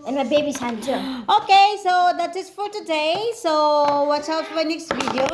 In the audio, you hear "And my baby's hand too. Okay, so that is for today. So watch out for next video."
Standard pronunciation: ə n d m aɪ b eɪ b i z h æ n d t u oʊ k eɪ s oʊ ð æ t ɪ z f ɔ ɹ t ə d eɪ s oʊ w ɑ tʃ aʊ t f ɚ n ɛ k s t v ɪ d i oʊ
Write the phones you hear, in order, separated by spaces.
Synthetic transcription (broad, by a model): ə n m aɪ b eɪ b i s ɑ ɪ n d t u oʊ k eɪ s oʊ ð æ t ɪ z f ɔ ɹ t ə d eɪ s oʊ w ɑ s aʊ t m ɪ n ɛ k s t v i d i oʊ